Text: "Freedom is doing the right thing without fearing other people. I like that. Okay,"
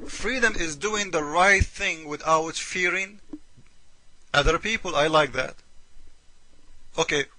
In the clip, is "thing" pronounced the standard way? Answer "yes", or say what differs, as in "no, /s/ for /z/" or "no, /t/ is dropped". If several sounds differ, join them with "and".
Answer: yes